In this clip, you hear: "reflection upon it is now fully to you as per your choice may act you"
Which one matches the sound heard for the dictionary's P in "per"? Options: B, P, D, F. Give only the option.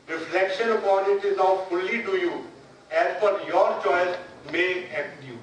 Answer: F